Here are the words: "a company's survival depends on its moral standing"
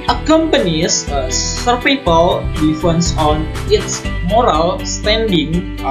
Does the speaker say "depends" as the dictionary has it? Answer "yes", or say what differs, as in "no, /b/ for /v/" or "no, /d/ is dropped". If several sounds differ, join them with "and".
no, /f/ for /p/